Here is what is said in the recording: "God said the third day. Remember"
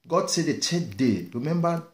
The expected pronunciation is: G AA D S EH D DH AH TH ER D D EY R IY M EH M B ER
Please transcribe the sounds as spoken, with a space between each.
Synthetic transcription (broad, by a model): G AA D S EH D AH T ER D D EY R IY M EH M B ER